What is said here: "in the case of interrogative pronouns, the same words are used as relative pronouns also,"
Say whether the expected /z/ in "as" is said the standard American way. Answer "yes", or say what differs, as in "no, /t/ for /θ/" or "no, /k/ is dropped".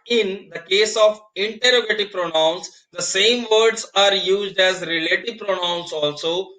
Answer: yes